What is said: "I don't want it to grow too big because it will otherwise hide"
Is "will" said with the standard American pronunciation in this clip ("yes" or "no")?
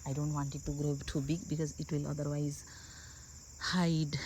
yes